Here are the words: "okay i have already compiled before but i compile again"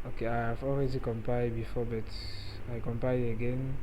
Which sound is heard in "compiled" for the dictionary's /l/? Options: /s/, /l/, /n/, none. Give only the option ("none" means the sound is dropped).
none